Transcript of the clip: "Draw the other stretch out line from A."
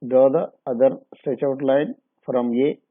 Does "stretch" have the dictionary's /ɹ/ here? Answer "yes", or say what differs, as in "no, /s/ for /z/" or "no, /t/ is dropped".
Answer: no, /ɹ/ is dropped